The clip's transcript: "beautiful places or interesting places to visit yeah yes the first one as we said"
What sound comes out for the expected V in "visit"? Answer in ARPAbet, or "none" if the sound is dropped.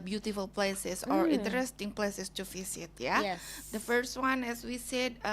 F